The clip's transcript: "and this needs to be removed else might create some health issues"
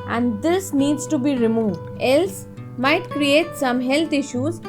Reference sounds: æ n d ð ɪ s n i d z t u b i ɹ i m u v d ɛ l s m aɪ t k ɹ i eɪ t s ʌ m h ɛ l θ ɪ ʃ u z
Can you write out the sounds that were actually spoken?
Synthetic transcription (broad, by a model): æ n d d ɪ s n i d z t u b i ɹ i m u v d ɛ l s m aɪ t k ɹ i eɪ t s ʌ m h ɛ l t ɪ ʃ u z